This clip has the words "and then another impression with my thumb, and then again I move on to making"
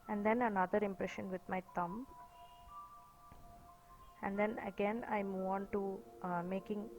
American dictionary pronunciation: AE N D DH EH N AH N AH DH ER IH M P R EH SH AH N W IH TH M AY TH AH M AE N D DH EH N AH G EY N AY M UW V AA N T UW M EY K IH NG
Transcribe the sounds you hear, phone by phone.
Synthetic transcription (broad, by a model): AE N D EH N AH N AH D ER IH M P R EH SH AH N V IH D M AY T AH M AE N D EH N AH G EY N AY M UW V AA N T UW M EY K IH NG